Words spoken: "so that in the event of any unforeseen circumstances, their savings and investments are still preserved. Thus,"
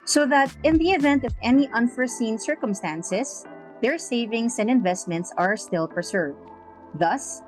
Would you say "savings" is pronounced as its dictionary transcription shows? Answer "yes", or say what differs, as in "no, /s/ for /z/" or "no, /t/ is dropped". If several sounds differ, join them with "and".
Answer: no, /s/ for /z/